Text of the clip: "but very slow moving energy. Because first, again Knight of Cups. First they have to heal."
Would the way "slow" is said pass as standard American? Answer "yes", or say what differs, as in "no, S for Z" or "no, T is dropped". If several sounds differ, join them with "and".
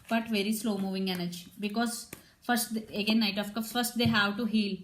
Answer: yes